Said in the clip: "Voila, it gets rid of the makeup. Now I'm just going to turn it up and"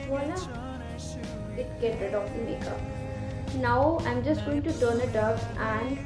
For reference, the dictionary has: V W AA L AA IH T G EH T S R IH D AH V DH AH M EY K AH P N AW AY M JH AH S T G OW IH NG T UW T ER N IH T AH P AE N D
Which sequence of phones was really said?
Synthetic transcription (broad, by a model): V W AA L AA IH T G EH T R IH D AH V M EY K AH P N AW AY M JH AH S T G OW IH NG T UW T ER N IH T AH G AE N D